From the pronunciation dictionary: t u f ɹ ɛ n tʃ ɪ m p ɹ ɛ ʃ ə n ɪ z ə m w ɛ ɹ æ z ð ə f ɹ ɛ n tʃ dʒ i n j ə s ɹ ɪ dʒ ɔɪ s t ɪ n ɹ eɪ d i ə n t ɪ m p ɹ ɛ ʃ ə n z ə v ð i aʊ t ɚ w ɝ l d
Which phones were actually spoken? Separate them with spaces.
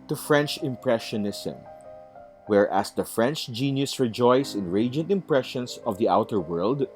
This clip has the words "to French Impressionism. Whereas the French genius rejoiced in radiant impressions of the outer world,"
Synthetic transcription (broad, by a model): t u f ɹ ɛ n tʃ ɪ m p ɹ ɛ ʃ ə n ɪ s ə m w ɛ ɹ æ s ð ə f ɹ ɛ n tʃ dʒ i n j ə s ɹ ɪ dʒ ɔɪ s ɪ n ɹ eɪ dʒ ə n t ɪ m p ɹ ɛ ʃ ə n s ə v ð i aʊ t ɚ w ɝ l d